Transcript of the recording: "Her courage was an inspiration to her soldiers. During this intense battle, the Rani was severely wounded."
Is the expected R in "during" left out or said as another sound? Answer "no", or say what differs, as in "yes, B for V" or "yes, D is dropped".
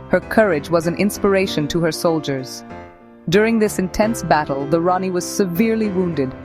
no